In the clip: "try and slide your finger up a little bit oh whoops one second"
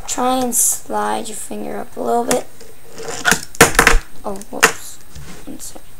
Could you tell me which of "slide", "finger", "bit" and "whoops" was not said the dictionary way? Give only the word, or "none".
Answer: whoops